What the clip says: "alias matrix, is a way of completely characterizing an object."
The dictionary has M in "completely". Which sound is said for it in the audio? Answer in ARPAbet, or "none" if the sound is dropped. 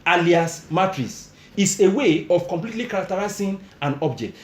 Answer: M